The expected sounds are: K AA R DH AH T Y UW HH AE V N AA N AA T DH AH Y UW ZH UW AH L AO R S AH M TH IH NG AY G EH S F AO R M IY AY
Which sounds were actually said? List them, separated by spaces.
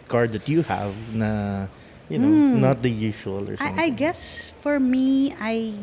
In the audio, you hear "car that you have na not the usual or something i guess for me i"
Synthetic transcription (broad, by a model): K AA R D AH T Y UW HH AE V N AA N AA T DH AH Y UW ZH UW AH L AO R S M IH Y G EH S F AO R M IY AY